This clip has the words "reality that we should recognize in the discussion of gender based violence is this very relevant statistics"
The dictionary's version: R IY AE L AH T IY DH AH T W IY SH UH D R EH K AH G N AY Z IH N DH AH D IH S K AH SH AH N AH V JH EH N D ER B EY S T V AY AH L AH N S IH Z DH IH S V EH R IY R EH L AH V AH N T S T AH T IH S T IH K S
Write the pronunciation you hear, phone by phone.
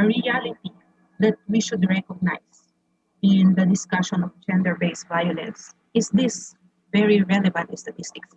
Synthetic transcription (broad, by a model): R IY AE L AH T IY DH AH T W IY SH UH D R EH K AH G N AY S IH N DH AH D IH S K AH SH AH N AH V JH EH N D ER B EY S V AY AH L AH N S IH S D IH S V EH R IY R EH L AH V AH N T S T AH T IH S T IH K S